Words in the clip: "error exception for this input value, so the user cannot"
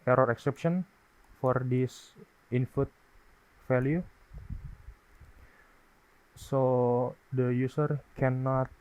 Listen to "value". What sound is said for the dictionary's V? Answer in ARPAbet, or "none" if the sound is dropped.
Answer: F